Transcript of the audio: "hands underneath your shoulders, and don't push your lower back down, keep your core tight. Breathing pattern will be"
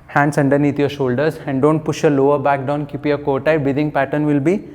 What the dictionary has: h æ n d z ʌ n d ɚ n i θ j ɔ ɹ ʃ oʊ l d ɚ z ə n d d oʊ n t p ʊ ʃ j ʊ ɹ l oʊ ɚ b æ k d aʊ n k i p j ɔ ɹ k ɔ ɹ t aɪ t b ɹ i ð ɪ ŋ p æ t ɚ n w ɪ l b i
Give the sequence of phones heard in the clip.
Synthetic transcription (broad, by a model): h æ n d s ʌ n d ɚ n i t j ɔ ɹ ʃ oʊ l d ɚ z ə n d d oʊ n t p ʊ ʃ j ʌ l oʊ ɚ b æ k d aʊ n k i p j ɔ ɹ k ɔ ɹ t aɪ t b i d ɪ ŋ p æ t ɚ n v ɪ l b i